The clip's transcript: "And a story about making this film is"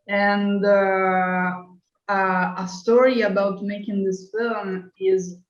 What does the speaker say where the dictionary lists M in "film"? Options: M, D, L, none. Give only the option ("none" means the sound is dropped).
M